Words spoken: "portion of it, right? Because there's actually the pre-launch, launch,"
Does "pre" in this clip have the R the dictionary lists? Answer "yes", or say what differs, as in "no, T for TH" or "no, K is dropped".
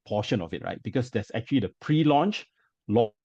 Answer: yes